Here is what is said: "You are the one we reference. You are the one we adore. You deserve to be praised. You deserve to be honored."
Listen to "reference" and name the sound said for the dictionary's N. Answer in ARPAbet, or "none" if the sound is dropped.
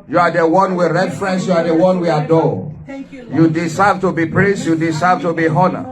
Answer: N